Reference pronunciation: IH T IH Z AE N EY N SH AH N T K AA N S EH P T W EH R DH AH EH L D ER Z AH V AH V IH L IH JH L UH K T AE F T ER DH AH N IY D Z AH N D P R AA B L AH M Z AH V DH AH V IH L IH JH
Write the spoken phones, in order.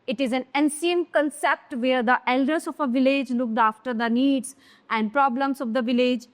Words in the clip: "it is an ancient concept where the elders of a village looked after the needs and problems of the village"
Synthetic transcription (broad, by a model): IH T IH Z AE N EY N S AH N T K AA N S EH P T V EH R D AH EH L D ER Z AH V AH V IH L IH JH L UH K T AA F T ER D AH N IY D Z AH N D P R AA B L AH M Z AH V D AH V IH L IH JH